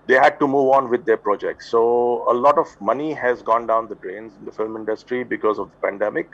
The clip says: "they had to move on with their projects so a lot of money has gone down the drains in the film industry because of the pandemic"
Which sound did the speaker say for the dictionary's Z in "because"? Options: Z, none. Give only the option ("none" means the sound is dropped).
Z